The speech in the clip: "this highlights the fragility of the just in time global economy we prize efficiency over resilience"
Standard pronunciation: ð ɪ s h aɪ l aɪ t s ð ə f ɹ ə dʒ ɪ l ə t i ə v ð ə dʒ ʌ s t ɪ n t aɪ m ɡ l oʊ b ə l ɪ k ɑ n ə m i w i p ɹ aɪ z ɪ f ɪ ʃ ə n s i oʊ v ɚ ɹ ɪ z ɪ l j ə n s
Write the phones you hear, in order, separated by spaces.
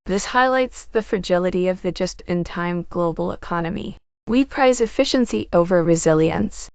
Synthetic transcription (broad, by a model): ð ɪ s h aɪ l aɪ t s ð ə f ɹ ə dʒ ɪ l ə t i ə v ð ə dʒ ʌ s t ɪ n t aɪ m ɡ l oʊ b l ɪ k ɑ n ə m i w i p ɹ aɪ z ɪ f ɪ ʃ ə n s i oʊ v ɚ ɹ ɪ z ɪ l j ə n s